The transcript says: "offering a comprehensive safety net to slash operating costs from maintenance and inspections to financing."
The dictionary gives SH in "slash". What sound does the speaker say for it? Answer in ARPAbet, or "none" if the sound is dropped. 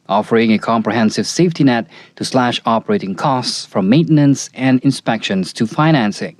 SH